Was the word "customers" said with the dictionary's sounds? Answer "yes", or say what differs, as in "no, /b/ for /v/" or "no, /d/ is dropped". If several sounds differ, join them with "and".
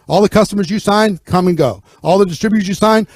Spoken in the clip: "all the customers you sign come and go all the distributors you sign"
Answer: yes